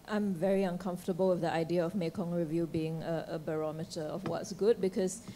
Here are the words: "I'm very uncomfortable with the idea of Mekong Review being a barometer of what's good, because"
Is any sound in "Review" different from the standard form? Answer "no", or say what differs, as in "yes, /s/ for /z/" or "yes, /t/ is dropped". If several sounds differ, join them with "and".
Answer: no